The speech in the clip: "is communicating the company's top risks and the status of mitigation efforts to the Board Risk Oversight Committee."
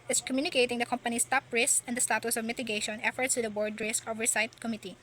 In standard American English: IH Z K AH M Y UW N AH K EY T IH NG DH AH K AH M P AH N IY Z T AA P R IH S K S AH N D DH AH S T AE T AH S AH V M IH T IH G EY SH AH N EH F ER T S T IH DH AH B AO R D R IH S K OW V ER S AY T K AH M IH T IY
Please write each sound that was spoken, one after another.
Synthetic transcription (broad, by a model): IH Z K AH M Y UW N AH K EY T IH NG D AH K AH M P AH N IY S T AA P R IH S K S AH N D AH S T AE T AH S AH V M IH T IH G EY SH AH N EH F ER T S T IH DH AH B AO R D R IH S K OW V ER S AY T K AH M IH T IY